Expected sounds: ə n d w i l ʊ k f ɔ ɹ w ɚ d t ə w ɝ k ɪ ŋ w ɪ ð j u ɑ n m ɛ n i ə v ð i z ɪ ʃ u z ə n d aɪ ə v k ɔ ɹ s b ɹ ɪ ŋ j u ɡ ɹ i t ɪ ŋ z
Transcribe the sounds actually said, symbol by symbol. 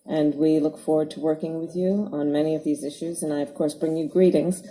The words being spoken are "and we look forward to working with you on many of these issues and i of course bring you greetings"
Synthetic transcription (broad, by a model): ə n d w i l ʊ k f ɔ ɹ w ɚ d t ə w ɝ k ɪ ŋ w ɪ ð j u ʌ n m ɛ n i ə v ð i z ɪ ʃ u z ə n aɪ ə v k ɔ ɹ s b ɹ ɪ ŋ j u ɡ ɹ i t ɪ ŋ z